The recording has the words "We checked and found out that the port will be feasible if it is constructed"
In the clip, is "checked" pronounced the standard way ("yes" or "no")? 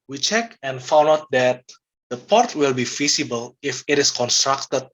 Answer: no